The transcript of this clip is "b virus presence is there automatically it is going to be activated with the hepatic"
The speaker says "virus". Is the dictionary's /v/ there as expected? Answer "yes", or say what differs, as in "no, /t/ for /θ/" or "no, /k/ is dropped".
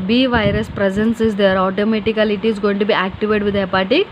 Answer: yes